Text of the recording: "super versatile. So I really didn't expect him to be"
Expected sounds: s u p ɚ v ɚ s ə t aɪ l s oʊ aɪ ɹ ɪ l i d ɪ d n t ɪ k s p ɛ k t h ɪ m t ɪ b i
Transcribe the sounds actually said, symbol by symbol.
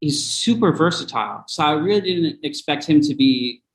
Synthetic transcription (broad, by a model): s u p ɚ v ɚ s ə t aɪ l s oʊ aɪ ɹ ɪ l i d ɪ d n t ɪ k s p ɛ k t h ɪ m t ɪ b i